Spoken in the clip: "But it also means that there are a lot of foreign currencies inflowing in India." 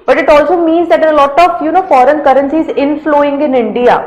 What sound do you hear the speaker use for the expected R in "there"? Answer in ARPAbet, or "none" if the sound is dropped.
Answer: L